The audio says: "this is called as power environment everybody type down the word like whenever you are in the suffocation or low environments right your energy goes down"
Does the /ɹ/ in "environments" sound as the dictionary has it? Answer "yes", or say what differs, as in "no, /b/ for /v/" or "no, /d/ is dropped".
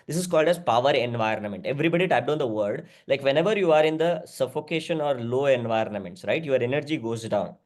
yes